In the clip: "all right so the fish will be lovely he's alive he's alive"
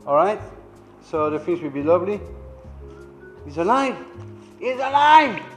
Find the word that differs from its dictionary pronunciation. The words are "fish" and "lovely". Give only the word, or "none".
fish